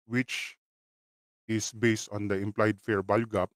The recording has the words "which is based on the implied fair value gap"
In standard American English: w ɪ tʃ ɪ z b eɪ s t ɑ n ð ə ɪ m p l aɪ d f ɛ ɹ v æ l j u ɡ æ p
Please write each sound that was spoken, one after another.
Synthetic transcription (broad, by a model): w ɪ tʃ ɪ s b eɪ s t ɑ n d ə ɪ m p l aɪ d f ɛ ɹ b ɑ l ɡ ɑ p